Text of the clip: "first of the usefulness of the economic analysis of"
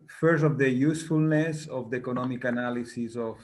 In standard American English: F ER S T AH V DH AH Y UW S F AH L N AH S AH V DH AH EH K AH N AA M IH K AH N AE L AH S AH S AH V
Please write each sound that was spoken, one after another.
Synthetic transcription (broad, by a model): F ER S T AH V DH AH Y UW S F AH L N AH S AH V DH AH EH K AH N AA M IH K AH N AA L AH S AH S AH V